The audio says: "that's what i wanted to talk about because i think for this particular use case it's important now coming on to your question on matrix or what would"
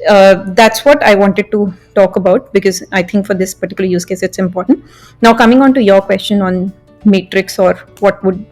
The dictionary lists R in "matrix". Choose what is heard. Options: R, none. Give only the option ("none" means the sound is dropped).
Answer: R